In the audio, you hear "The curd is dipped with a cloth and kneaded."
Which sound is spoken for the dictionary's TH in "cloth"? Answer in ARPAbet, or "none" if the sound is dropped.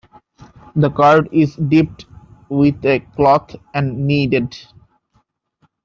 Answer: T